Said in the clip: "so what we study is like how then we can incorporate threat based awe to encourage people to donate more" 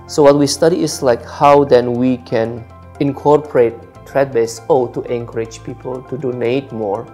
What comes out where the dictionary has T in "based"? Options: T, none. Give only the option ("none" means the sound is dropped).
none